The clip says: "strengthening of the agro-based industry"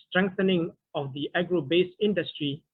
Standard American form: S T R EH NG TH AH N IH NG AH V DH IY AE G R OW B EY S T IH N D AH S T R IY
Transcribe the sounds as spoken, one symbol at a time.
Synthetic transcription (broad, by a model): S T R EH NG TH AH N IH NG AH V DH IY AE G R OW B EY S IH N D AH S T R IY